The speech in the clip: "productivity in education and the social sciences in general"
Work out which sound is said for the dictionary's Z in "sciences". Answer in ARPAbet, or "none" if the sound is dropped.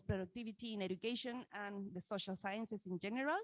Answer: S